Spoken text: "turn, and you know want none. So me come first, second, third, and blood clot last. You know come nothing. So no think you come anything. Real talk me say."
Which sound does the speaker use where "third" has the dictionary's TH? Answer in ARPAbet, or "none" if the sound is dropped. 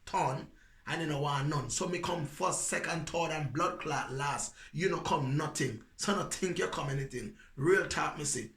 T